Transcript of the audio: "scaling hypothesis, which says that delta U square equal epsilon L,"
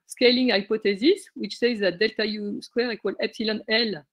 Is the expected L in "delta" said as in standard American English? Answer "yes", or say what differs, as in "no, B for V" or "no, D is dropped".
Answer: yes